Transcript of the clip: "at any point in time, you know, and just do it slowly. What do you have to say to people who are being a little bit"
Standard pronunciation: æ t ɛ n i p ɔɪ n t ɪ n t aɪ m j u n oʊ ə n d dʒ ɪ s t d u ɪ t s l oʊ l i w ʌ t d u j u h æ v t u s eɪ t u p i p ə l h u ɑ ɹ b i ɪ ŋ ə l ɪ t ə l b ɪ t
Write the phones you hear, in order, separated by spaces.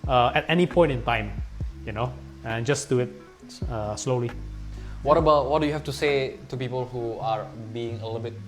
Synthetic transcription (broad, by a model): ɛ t ɛ n i p ɔɪ n t ɪ n t aɪ m j u n oʊ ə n dʒ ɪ s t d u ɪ t s l oʊ l i w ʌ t d u j u h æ f t u s eɪ t u p i p ə l h u ɑ ɹ b i ɪ ŋ ə l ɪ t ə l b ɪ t